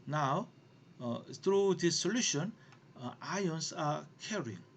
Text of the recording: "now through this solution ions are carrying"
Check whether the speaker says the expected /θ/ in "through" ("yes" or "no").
no